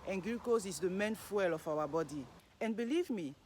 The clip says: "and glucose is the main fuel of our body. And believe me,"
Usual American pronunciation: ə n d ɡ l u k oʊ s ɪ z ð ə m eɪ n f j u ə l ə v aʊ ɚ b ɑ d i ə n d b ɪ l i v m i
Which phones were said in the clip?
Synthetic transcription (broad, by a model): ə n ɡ u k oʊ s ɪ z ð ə m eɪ n f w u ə l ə f aʊ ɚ b ɑ d i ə n b ɪ l i v m i